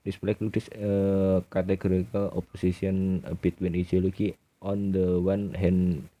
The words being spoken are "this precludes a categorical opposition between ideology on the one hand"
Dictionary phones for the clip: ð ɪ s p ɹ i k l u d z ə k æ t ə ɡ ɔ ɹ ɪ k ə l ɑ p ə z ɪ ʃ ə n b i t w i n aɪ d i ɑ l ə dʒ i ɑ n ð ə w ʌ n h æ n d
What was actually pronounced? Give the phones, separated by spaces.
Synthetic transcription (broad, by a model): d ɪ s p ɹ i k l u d s ə k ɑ t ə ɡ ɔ ɹ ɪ k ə l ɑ p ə s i s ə n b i t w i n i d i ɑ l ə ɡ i ɑ n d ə w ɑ n h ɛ n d